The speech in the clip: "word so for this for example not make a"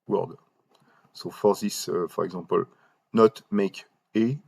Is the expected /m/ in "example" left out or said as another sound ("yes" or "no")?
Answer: yes